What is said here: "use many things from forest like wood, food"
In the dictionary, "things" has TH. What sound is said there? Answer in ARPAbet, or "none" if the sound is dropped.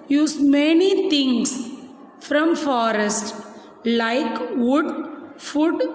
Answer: T